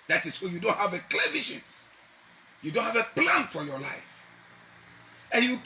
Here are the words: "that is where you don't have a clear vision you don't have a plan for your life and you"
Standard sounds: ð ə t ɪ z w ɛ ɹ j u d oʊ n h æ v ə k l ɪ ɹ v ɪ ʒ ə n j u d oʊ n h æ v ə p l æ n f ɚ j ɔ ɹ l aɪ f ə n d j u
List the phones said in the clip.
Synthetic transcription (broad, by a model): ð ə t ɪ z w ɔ j u d oʊ n h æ v ə k l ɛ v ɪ ʃ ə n j u d oʊ n h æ v ə p l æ n f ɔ j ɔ l aɪ f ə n j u